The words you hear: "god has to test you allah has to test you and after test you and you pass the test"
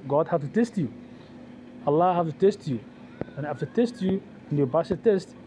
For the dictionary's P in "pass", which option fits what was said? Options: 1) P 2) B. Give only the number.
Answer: 2